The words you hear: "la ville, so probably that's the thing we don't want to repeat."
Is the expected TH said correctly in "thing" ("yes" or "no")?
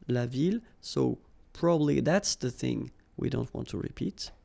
yes